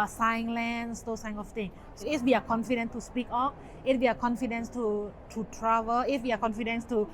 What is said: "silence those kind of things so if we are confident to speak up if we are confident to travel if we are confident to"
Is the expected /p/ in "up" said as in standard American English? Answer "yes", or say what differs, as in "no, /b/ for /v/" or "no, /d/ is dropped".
no, /f/ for /p/